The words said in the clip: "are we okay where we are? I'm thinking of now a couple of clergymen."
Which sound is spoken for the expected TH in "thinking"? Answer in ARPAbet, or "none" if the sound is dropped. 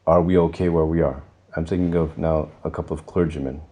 S